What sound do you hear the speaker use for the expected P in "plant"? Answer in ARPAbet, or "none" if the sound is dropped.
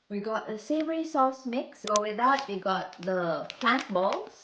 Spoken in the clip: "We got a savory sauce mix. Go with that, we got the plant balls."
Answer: F